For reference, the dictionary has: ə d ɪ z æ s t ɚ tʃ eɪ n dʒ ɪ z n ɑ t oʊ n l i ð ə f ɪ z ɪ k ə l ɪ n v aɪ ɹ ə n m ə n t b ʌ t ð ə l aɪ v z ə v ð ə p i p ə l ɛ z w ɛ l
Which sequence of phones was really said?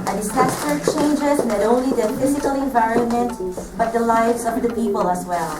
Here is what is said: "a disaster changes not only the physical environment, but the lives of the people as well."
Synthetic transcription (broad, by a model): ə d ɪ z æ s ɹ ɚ tʃ eɪ n dʒ ɪ z n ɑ t oʊ n l i ð ə f ɪ z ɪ k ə l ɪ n v aɪ ɹ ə n m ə n t b ʌ t ð ə l aɪ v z ə v ð ə p i p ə l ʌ z w ɛ l